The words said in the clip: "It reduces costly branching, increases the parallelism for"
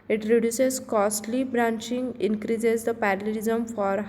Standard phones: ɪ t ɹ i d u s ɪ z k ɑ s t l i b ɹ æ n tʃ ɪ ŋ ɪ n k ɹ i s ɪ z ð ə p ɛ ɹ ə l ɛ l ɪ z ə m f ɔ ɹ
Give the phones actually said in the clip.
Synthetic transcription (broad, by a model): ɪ t ɹ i d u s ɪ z k ɑ s t l i b ɹ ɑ n tʃ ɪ ŋ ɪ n k ɹ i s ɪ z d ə p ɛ ɹ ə l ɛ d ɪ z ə m f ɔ ɹ